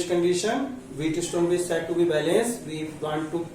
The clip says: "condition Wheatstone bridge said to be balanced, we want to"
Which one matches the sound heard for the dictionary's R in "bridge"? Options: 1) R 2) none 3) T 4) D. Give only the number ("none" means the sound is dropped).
2